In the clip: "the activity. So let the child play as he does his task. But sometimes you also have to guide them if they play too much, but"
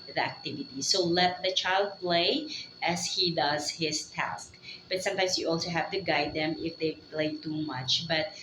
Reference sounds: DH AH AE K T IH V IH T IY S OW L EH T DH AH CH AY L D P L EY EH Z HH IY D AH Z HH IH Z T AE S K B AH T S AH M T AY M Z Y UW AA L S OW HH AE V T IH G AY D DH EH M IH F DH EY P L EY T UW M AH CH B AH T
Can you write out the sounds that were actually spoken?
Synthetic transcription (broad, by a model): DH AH AE K T IH V IH T IY S OW L EH T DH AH CH AY L D P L EY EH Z HH IY D AH Z HH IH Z T AE S K B AH T S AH M T AY M S Y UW AA L S OW HH AE V T IH G AY D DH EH M IH F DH EY P L EY T UW M AH CH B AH T